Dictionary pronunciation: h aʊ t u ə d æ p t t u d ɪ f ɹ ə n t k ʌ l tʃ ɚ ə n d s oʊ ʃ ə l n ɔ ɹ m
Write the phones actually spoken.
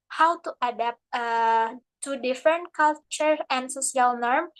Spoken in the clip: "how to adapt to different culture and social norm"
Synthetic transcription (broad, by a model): h aʊ t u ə d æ p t t u d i f ɹ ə n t k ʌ l tʃ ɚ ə n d s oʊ s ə l n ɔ ɹ m